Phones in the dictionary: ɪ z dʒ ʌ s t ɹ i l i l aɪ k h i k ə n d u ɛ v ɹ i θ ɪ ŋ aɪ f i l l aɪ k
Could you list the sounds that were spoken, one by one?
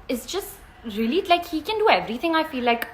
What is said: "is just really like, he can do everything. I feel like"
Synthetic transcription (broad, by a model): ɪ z dʒ ʌ s t ɹ i l i l aɪ k h i k ə n d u ɛ v ɹ i θ ɪ ŋ aɪ f i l l aɪ k